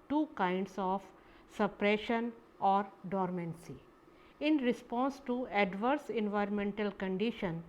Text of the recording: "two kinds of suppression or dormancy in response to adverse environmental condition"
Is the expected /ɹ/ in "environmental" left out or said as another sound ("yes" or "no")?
no